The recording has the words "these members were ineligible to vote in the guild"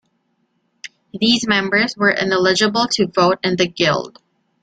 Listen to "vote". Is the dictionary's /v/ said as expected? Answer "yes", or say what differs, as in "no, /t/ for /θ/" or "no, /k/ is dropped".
yes